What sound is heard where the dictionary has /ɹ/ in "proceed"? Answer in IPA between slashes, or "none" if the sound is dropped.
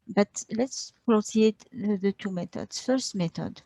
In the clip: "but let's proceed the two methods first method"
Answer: /l/